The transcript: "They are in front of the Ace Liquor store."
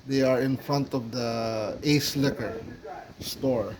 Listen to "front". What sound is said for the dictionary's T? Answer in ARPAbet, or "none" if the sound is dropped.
T